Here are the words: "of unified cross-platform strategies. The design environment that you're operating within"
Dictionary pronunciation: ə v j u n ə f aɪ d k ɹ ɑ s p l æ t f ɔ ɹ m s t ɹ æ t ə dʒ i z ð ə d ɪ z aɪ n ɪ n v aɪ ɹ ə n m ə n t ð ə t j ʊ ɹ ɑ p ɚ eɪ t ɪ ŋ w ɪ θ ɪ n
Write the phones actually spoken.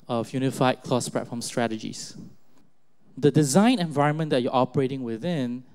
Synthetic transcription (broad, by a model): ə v j u n ə f aɪ d k l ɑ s p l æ t f ɔ m s t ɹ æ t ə dʒ i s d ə d ɪ z aɪ n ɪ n v aɪ ɹ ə n m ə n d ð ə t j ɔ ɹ ɑ p ɚ eɪ t ɪ ŋ w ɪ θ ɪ n